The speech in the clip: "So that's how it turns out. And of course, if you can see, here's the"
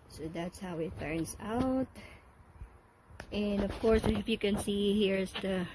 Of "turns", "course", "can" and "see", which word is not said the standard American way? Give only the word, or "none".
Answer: turns